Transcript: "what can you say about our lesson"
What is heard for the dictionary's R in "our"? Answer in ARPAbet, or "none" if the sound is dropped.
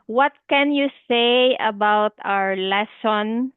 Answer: R